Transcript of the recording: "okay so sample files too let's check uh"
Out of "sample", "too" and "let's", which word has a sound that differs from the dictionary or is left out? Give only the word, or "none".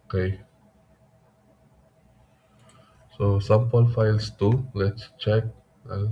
sample